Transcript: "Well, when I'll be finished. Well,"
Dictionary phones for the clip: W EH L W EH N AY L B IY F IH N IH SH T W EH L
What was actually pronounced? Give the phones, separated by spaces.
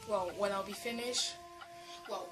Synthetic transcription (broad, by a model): W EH L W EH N AY L B IY F IH N IH SH T W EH L